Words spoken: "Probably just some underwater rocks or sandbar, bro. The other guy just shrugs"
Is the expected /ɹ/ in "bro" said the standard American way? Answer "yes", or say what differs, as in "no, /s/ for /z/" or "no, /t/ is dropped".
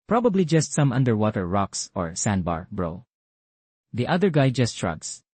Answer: yes